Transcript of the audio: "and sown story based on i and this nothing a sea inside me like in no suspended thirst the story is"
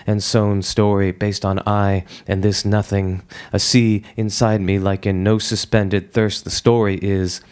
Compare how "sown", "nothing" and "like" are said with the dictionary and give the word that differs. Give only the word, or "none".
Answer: none